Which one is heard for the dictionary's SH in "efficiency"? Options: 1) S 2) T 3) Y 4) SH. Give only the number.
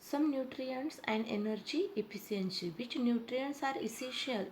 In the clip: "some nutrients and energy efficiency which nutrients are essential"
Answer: 1